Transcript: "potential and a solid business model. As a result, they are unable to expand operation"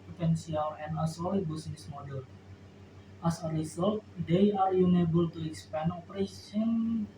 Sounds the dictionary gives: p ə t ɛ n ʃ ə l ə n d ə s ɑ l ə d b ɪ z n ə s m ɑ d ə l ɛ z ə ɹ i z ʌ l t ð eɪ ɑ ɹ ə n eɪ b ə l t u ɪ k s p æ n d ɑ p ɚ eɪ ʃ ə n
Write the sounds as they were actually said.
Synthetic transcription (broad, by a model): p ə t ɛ n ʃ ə l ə n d ə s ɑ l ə b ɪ s n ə s m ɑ d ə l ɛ s ə ɹ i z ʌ l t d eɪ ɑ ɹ ə n eɪ b ə l t u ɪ k s p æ n ɑ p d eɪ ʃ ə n